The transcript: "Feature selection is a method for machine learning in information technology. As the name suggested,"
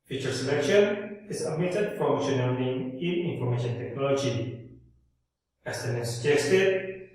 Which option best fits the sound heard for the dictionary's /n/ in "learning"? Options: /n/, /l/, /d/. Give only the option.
/l/